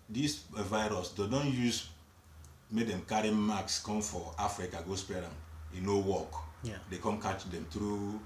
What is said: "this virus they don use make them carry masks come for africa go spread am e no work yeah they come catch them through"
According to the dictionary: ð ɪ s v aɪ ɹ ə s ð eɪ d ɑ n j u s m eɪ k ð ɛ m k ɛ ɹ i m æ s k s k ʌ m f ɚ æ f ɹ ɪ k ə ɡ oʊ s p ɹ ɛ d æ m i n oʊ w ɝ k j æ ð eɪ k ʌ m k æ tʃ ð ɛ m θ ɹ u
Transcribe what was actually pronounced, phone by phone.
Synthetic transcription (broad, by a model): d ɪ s v aɪ ɹ ə s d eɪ d ɑ n j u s m eɪ k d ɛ m k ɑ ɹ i m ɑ k s k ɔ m f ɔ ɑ f ɹ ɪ k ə ɡ oʊ s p ɛ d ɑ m i n oʊ w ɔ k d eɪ k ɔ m k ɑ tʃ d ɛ m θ ɹ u